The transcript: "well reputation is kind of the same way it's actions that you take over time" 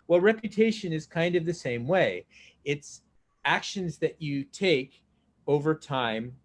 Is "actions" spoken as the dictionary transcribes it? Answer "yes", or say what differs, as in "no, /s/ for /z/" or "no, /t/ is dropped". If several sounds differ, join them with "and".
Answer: yes